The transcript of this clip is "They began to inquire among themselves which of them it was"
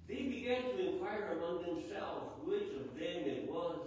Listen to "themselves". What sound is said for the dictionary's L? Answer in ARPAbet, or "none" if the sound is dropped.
L